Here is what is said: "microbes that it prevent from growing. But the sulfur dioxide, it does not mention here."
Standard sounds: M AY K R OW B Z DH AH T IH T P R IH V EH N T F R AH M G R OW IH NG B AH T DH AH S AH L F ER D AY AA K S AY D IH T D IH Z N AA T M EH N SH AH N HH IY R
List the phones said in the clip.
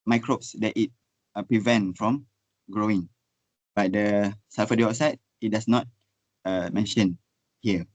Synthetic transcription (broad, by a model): M AY K R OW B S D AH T IH T P R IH V EH N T F R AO M G R OW IH NG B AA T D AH S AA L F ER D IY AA S AY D IH T D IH S N AA T M EH N SH AH N HH IY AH